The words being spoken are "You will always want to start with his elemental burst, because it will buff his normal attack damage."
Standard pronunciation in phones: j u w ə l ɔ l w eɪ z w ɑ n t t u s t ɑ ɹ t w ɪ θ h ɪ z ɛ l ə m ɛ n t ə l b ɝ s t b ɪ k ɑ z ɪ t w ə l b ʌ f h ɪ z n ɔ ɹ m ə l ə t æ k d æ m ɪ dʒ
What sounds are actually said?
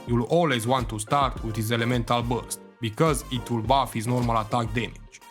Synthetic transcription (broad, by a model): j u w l ɔ l w eɪ z w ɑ n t t u s t ɑ ɹ t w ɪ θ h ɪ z ɛ l ə m ɛ n t ə l b ɝ s t b ɪ k ɑ z ɪ t w ə l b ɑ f h ɪ z n ɔ ɹ m ə l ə t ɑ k d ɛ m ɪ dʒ